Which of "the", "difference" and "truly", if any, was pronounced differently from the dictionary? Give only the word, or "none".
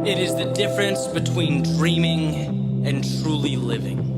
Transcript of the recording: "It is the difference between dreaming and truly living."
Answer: none